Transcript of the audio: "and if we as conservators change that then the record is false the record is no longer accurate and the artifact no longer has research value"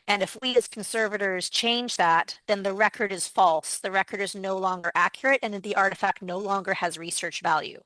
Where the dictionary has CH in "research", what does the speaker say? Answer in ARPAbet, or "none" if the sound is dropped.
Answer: CH